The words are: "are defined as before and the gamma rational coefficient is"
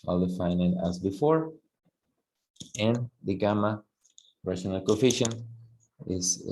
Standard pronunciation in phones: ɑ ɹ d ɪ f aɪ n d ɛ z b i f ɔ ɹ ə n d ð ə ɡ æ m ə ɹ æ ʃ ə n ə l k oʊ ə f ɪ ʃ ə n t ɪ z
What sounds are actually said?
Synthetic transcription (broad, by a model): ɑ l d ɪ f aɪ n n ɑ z b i f ɔ ɹ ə n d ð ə ɡ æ m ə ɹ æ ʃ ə n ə l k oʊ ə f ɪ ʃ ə n ɪ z